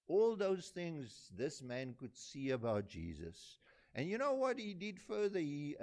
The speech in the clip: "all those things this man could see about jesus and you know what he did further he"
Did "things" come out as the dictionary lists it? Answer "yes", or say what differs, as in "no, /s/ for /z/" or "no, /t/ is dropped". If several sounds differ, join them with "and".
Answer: yes